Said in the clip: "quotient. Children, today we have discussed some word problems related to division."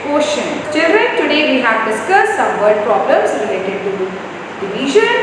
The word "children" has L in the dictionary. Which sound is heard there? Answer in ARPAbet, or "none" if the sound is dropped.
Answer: none